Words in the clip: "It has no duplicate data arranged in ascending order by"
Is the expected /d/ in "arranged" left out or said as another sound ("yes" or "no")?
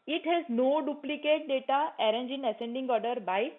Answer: yes